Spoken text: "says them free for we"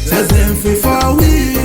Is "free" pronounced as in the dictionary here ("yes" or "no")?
no